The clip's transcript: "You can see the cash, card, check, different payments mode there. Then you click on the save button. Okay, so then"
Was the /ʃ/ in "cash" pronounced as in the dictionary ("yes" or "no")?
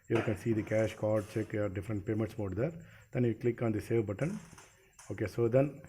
yes